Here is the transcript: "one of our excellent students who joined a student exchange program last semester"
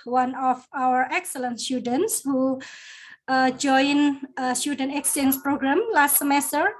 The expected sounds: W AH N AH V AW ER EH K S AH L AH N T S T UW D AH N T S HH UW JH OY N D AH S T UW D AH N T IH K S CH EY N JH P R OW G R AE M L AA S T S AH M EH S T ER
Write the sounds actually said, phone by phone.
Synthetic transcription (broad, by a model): W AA N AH F AW ER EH K S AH L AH N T S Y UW D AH N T S HH UW JH OY N AH S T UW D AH N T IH K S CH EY N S P R OW G R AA M L AA S T S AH M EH S T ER